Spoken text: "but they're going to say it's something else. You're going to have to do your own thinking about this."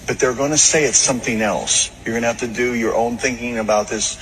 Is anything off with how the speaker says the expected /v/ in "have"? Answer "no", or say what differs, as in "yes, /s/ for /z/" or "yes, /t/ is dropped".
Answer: yes, /f/ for /v/